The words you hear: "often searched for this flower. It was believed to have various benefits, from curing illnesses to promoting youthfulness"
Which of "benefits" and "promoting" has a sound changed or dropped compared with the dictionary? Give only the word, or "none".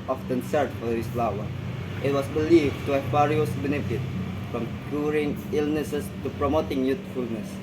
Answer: benefits